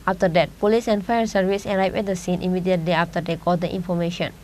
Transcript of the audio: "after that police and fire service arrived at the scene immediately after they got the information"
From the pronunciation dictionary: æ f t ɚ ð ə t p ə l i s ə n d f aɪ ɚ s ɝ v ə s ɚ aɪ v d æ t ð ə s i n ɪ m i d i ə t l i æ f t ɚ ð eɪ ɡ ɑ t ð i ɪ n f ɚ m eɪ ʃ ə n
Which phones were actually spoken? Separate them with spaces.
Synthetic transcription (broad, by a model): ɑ f t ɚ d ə t p ə l i s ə n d f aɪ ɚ s ɝ v ə s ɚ aɪ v ɛ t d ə s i n ɪ m i d i ə t l i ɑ f t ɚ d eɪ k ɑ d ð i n f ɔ m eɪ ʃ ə n